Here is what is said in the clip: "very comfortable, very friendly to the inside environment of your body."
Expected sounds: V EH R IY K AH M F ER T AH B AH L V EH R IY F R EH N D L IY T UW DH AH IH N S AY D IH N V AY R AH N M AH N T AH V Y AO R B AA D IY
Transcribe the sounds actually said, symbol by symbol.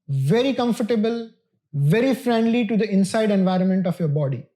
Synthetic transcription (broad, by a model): V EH R IY K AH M F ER T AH B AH L V EH R IY F R EH N D L IY T UW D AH IH N S AY D IH N V AY R AH N M AH N T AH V Y AO R B AA D IY